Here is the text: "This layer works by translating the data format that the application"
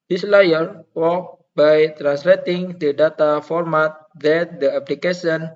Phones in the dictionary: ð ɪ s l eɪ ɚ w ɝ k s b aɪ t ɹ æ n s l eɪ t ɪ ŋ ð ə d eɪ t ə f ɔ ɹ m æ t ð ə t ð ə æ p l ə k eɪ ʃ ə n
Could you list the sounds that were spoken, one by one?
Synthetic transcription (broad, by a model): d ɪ s l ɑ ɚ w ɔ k b aɪ t ɹ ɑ n s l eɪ t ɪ ŋ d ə d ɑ t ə f ɔ ɹ m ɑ t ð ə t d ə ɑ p l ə k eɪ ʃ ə n